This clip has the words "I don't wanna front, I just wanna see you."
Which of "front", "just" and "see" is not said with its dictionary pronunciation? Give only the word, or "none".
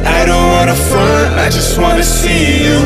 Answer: front